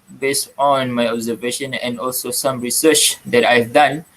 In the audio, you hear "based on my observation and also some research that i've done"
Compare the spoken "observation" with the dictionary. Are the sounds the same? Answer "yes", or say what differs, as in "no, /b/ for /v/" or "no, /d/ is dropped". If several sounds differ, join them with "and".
yes